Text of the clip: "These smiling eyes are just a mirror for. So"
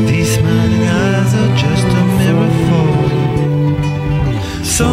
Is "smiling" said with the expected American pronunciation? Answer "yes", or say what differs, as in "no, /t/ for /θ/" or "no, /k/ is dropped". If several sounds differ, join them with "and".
no, /n/ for /l/